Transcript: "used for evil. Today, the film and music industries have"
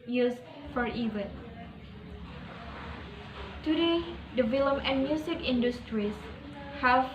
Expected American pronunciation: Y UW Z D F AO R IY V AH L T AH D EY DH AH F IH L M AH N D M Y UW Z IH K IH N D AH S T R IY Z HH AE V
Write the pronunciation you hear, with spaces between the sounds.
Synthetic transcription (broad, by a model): Y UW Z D F AO R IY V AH N T AH D EY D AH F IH L M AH N M Y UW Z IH K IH N D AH S T R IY S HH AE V